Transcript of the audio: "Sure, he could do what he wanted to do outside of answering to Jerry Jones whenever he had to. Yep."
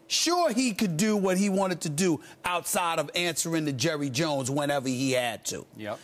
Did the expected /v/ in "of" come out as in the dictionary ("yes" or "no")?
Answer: yes